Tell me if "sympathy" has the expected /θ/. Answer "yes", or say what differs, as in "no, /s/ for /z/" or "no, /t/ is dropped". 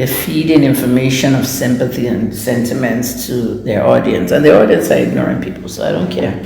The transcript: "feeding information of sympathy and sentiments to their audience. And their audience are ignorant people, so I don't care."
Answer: yes